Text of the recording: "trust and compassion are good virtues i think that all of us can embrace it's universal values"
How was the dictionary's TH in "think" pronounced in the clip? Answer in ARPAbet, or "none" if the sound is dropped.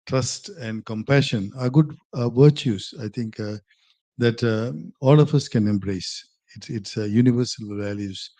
T